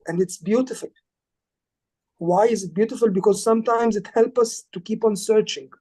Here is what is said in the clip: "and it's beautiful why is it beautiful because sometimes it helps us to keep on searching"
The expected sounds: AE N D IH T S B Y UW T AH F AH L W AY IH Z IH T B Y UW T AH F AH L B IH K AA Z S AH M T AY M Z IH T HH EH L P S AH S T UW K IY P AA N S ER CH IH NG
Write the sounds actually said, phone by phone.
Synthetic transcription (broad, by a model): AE N D IH T S B Y UW T AH F AH L W AY IH Z IH T B Y UW T AH F AH L B IH K AA Z S AH M T AY M Z IH T HH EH L P AH S T UW K IY P AA N S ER CH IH NG